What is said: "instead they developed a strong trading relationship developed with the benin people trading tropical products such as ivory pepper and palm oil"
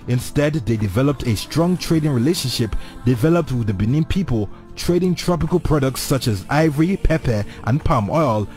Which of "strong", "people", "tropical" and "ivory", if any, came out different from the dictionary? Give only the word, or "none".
none